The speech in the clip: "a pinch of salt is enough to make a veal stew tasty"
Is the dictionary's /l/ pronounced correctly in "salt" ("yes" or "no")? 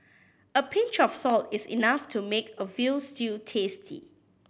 yes